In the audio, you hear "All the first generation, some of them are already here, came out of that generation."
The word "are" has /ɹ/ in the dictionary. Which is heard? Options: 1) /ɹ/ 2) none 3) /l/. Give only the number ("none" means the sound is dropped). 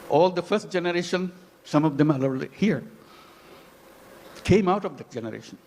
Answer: 3